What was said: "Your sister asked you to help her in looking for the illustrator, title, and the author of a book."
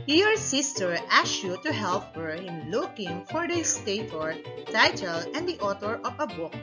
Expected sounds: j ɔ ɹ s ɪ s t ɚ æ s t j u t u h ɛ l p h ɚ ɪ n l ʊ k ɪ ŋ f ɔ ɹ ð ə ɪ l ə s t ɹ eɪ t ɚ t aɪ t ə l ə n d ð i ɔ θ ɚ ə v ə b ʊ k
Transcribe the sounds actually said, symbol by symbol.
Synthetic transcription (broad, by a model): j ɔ ɹ s ɪ s t ɚ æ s j u t u h ɛ l p h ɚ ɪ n l ʊ k ɪ ŋ f ɔ ɹ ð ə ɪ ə s t eɪ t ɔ t aɪ t ə l ə n d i ɔ t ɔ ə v ə b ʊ k